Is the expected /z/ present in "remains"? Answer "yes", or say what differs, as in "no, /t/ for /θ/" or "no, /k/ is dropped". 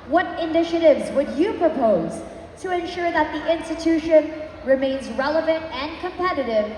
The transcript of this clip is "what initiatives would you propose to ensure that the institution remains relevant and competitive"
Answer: yes